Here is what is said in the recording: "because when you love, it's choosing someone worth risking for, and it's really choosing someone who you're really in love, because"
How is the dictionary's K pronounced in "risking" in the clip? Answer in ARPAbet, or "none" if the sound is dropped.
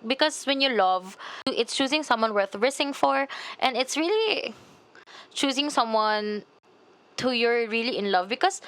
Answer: none